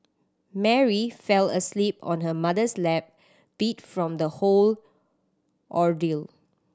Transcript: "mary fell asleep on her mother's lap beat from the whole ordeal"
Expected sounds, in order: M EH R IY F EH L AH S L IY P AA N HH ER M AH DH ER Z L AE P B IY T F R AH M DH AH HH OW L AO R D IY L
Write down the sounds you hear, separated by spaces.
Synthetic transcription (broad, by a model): M EH R IY F EH L AH S L IY P AA N HH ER M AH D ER S L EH P B IY T F R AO M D AH HH OW L AO R D IY L